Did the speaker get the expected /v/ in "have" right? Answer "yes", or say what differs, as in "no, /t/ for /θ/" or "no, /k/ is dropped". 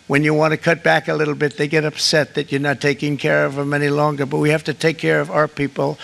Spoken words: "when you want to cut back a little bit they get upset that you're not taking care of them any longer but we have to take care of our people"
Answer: no, /f/ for /v/